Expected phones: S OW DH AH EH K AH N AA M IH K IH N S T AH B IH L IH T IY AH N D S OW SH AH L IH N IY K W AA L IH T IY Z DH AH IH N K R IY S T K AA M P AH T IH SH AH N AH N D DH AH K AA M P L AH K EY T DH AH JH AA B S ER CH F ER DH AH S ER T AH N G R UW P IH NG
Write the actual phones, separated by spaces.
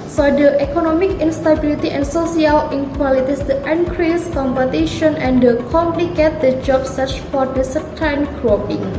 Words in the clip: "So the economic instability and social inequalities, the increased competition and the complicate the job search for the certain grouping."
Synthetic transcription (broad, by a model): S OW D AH EH K AH N AA M IH K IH N S T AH B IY L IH T IY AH N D S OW S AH L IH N K W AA L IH T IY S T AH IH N K R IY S K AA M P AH T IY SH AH N AH N D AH K AA M P L AH K EY T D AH JH AA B S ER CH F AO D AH S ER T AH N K R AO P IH NG